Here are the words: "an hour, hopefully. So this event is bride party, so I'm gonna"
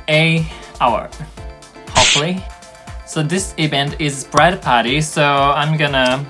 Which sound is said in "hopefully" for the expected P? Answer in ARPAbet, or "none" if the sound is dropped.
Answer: none